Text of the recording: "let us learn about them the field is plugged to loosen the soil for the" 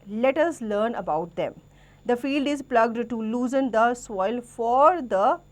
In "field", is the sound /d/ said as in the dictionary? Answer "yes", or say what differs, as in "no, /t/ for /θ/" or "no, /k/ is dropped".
yes